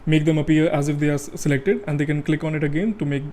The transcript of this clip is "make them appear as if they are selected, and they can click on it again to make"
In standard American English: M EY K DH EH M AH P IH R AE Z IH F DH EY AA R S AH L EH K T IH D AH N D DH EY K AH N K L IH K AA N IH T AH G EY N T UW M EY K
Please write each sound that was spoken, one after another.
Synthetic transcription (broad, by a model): M EY K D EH M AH P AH R AE Z IH F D EY AA R S AH L EH K T IH D AH N D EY K AH N K L IH K AA N IH T AH G EY N T UW M EY K